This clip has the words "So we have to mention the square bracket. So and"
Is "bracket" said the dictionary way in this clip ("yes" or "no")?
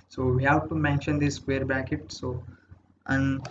no